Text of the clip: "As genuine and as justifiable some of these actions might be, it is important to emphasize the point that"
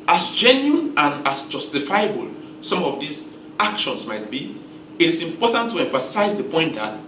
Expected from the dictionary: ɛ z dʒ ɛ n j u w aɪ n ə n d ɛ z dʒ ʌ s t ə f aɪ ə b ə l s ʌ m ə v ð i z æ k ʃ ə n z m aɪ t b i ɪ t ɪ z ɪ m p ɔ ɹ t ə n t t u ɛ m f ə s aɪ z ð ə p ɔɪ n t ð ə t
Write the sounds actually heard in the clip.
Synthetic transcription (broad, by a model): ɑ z dʒ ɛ n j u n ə n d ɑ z dʒ ʌ s t ə f aɪ ə b ə l s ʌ m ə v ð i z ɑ k ʃ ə n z m aɪ t b i ɪ t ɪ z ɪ m p ɔ t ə n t t u ɛ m f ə s aɪ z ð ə p ɔɪ n t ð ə t